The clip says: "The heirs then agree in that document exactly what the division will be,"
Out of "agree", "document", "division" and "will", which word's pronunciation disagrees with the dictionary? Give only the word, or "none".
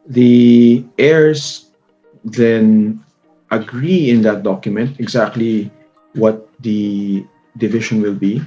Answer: division